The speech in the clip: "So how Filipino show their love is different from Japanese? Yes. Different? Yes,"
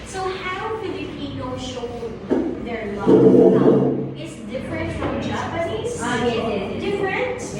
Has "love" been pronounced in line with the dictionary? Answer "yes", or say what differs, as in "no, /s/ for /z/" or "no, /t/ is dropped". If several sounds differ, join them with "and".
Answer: no, /v/ is dropped